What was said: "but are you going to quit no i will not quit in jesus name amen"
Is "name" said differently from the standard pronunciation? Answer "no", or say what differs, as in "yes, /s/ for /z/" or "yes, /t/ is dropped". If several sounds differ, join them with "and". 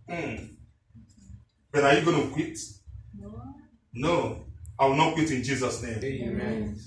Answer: yes, /m/ is dropped